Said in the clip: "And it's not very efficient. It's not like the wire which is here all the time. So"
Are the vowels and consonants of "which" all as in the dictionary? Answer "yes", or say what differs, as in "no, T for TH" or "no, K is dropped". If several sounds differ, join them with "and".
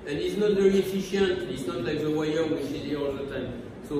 no, SH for CH